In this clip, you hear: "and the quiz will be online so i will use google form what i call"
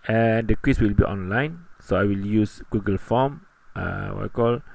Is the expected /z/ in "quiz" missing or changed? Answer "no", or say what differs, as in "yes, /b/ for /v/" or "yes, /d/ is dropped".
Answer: yes, /s/ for /z/